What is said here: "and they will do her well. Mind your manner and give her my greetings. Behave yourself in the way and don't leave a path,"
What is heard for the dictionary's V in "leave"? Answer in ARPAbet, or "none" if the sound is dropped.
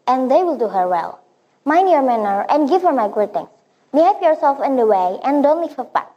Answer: F